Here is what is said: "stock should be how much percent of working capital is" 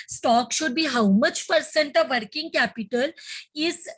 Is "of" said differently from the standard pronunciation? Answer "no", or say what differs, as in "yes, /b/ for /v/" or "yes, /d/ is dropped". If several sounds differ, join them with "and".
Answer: no